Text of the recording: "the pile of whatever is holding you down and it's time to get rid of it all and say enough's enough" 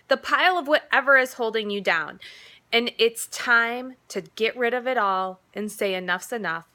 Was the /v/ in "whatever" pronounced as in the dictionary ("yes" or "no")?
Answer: yes